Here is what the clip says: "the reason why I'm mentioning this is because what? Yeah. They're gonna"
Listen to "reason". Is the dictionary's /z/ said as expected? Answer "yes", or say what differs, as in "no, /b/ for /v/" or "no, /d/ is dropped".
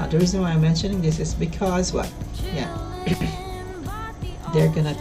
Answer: yes